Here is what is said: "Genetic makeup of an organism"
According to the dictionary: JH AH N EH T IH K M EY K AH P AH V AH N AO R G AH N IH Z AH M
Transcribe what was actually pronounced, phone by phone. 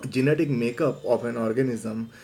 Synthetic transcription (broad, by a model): JH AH N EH T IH K M EY K AH P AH P AH N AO R G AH N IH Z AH M